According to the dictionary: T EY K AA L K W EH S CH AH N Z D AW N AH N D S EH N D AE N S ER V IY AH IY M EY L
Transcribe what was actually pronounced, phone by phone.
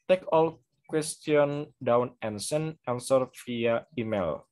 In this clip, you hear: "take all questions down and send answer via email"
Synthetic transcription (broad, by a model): T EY K AA L K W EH S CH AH N D AW N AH N S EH N EH N S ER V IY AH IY M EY L